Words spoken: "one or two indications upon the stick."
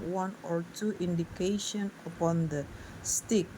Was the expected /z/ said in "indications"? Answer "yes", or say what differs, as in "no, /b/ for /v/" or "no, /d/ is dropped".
no, /z/ is dropped